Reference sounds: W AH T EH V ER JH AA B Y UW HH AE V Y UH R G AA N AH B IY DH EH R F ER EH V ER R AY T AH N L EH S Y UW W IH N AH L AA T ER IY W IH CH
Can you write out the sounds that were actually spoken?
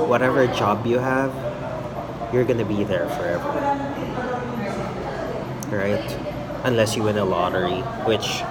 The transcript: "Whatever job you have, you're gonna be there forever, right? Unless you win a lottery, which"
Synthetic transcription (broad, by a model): W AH T EH V ER JH AA B Y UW HH AE V Y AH R G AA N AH B IY DH EH R F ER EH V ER R AY T AH N L EH S Y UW W IH N AH L AA T ER IY W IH CH